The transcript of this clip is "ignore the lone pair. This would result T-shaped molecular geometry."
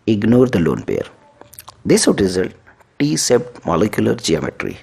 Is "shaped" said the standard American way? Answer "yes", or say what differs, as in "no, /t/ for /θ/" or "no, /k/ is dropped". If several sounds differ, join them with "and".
no, /s/ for /ʃ/